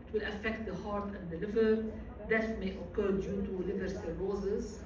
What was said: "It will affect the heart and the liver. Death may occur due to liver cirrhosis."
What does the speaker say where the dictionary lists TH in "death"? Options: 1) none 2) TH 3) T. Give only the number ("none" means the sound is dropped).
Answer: 3